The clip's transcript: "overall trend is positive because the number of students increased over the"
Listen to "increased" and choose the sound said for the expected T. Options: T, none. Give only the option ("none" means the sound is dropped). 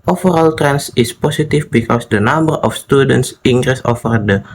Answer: none